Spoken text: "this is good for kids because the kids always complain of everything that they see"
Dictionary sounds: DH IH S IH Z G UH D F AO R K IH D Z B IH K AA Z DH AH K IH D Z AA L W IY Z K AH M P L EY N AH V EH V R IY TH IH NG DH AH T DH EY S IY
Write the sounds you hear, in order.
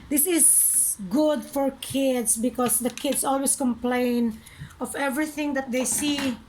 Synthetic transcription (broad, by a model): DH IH S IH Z G UH D F AO R K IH D S B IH K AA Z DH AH K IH D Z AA L W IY S K AH M P L EY N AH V EH V R IY TH IH NG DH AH T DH EY S IY